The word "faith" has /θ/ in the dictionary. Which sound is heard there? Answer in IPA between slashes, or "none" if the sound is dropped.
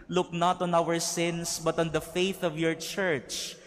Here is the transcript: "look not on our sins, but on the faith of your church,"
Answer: /θ/